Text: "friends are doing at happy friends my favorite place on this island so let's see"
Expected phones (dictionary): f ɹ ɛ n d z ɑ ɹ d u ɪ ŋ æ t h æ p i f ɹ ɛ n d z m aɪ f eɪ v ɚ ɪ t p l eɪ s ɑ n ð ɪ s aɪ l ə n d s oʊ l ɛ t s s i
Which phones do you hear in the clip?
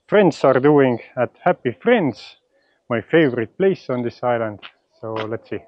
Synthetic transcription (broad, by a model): f ɹ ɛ n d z ɑ ɹ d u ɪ ŋ æ t h æ p i f ɹ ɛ n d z m aɪ f eɪ v ɚ ɪ t p l eɪ s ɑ n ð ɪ s aɪ l ə n d s oʊ l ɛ t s s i